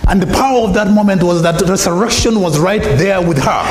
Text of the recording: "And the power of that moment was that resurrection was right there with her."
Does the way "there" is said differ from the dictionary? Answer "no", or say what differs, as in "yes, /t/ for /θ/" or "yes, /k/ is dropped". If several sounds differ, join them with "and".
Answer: no